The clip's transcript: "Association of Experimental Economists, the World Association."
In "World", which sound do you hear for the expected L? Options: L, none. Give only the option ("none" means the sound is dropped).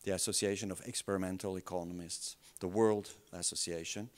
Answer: L